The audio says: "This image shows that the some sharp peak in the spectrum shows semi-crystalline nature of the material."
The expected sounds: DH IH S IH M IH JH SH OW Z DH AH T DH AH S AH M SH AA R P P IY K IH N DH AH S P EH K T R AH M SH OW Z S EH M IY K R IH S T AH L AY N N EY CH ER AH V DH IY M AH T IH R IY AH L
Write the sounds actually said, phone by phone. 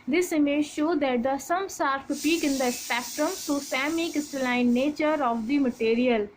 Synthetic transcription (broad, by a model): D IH S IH M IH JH SH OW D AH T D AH S AH M S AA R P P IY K IH N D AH S P EH K T R AH M S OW S EH M IY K IH S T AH L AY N N EY CH ER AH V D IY M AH T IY R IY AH L